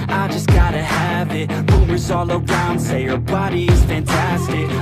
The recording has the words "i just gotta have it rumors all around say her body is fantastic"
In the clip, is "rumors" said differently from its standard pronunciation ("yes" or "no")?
yes